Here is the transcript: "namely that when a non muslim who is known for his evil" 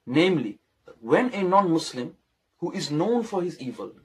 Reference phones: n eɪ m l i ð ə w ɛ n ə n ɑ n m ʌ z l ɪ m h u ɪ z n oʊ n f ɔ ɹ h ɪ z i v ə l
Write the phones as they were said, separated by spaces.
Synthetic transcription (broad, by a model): n eɪ m l i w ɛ n ə n ɑ n m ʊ s l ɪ m h u ɪ z n oʊ n f ɔ ɹ h ɪ z i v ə l